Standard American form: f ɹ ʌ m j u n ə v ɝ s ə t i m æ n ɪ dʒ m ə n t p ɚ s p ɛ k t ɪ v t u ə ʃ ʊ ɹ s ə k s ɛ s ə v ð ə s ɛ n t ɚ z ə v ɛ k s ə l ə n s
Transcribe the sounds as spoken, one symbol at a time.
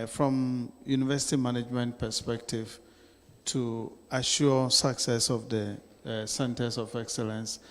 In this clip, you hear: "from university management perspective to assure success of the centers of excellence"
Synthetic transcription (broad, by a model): f ɹ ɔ m j u n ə v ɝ s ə t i m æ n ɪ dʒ m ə n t p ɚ s p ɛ k t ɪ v t u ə ʃ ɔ s ə k s ɛ s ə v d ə s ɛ n t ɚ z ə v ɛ k s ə l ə n s